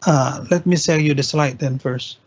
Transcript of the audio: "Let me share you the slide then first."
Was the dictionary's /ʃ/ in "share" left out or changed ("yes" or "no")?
yes